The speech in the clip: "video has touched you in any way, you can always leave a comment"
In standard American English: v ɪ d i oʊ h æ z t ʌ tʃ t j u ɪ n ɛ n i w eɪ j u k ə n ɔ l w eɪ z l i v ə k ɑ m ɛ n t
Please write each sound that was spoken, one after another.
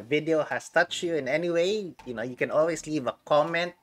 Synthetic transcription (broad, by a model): v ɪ d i oʊ h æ s t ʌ tʃ j u ɪ n ɛ n i w eɪ j u k ə n ɔ l w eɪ s l i v ə k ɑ m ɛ n t